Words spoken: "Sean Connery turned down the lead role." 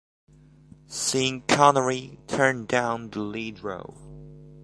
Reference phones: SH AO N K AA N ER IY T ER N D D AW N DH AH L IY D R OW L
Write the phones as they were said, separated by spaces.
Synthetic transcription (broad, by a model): S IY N K AA N ER IY T ER N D D AW N DH AH L IY D R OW